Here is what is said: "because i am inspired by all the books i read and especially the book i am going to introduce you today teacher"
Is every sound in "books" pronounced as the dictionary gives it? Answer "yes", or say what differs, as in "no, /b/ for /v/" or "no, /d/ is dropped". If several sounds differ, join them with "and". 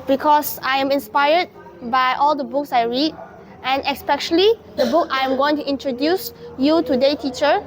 yes